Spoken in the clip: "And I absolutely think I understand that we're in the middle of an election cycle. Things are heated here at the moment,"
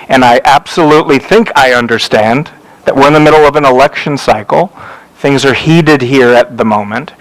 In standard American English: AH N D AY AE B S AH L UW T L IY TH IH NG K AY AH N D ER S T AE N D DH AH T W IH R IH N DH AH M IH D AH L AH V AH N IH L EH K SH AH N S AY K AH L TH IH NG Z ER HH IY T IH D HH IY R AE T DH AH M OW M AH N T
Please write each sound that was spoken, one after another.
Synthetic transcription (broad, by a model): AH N AY AE B S AH L UW T L IY TH IH NG K AY AH N D ER S T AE N DH AH T W IH R IH N DH AH M IH D L AH V AH N IH L EH K SH AH N S AY K L TH IH NG Z ER HH IY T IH D HH IY R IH T DH AH M OW M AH N T